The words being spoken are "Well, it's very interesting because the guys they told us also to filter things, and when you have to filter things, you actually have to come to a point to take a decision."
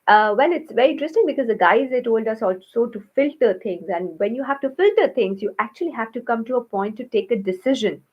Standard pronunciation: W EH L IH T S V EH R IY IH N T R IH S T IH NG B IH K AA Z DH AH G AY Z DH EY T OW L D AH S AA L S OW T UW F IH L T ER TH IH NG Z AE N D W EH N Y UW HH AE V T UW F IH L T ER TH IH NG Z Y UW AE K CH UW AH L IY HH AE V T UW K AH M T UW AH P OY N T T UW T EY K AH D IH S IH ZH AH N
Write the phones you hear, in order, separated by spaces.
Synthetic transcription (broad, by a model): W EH L IH T S V EH R IY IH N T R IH S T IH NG B IH K AA Z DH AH G AY Z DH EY T OW L D AH S AA L S OW T UW F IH L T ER T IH NG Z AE N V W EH N Y UW HH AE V T UW F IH L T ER T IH NG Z Y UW AE K CH UW AH L IY HH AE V T UW K AH M T UW AH P OY N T T UW T EY K AH D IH S IH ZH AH N